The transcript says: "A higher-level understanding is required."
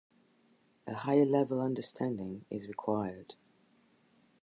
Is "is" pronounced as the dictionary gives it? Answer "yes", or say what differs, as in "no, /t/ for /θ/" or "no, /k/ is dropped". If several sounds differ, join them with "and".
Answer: yes